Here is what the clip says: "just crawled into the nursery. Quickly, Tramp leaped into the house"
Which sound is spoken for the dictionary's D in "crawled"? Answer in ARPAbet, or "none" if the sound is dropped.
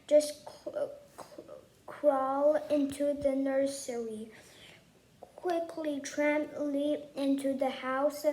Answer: none